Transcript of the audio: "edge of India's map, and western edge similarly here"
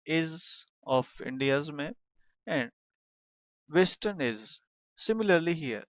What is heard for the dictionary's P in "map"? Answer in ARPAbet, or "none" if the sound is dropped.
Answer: none